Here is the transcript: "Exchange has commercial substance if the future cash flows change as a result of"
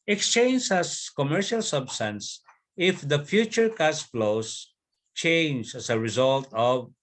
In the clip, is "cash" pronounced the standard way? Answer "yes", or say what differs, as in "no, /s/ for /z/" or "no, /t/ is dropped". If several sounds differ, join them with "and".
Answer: no, /s/ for /ʃ/